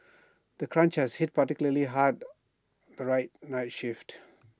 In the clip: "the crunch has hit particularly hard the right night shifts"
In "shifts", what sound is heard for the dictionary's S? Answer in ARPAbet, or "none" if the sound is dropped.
none